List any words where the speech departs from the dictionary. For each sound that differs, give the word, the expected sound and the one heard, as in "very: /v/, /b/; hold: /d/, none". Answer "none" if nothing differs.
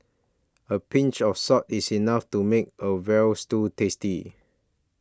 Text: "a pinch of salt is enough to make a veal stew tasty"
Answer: of: /v/, /f/; salt: /l/, none; is: /z/, /s/